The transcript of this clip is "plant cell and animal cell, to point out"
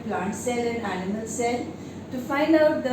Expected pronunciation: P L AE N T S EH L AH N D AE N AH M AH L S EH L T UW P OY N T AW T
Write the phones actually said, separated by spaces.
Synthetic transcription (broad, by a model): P L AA N T S EH L AH N D AE N AH M AH L S EH L T UW F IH N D AW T